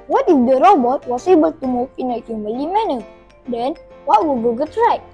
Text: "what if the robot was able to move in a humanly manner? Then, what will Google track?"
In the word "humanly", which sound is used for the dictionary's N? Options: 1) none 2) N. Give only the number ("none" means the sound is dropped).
1